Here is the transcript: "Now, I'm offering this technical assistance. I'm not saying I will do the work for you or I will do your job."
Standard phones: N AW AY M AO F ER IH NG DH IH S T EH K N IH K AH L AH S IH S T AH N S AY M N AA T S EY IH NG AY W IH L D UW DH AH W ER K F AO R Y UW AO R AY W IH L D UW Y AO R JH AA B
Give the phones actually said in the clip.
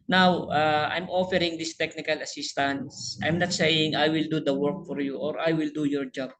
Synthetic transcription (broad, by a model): N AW AY M AO F ER IH NG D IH S T EH K N IH K AH L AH S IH S T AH N S AY M N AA T S EY IH NG AY W IH L D UW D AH W ER K F AO R Y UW AO R AY W IH L D UW Y AO R JH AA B